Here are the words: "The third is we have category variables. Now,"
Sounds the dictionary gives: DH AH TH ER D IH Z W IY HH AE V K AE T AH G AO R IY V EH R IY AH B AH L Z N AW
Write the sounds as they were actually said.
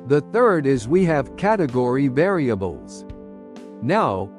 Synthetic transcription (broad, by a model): DH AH TH ER D IH Z W IY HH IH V K AE T AH G AO R IY V EH R IY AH B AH L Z N AW